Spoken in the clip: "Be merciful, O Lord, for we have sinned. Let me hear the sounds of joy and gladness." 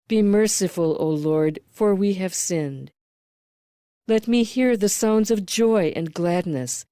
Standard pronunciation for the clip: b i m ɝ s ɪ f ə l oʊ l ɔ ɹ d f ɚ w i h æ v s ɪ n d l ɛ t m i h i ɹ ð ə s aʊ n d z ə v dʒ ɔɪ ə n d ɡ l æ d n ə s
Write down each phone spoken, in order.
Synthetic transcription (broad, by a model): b i m ɝ s ɪ f ə l oʊ l ɔ ɹ d f ɚ w i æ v s ɪ n d l ɛ t m i h i ɹ ð ə s aʊ n d z ə v dʒ ɔɪ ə n ɡ l æ d n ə s